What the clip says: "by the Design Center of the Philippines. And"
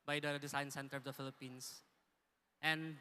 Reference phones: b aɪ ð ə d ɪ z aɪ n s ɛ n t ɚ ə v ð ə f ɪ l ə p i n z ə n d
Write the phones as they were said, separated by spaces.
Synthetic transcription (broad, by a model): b aɪ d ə d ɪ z aɪ n s ɛ n t ɚ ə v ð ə f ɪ l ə p i n s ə n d